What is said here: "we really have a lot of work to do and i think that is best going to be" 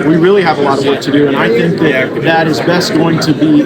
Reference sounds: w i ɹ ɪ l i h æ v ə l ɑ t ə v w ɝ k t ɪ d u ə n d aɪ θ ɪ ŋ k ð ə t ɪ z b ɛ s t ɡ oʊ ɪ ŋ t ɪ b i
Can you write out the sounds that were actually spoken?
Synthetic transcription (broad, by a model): w i ɹ ɪ l i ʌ v ə l ɑ t ə v w ɝ k t ɪ d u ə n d aɪ θ ɪ ŋ k ð ə t ɪ z b ɛ s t ɡ oʊ ɪ ŋ t ɪ b i